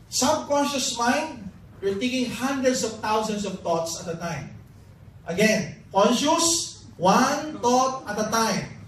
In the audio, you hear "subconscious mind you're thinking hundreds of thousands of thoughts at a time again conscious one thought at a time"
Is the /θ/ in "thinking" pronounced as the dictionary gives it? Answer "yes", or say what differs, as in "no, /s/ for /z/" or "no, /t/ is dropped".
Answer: no, /t/ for /θ/